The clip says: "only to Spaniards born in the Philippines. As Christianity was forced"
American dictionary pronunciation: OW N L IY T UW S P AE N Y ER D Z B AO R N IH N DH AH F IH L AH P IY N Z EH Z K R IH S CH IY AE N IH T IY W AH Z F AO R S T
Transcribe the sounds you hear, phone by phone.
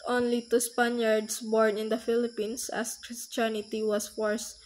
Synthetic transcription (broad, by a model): OW N L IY T UW S P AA N Y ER D S B AO R N IH N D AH F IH L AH P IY N S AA S K R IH S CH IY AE N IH T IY W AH S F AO R S